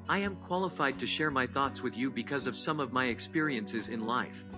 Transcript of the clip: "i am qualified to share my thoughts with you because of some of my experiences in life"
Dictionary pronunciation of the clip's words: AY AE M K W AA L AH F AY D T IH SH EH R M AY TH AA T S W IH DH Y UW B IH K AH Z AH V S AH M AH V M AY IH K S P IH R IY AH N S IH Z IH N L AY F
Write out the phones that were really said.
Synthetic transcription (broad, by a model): AY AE M K W AA L AH F AY D T IH SH EH R M AY TH AA T S W IH DH Y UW B IH K AH Z AH V S AH M AH V M AY IH K S P IH R IY AH N S IH Z IH N L AY F